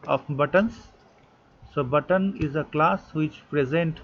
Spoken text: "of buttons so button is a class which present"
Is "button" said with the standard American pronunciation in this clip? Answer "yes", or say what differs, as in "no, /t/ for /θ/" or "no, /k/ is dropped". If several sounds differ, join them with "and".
yes